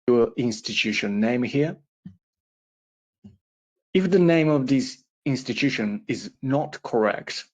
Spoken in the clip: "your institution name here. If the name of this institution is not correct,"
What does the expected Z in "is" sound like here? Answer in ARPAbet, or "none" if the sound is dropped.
Z